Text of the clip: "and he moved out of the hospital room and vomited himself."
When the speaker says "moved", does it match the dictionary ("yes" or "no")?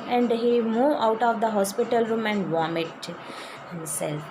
no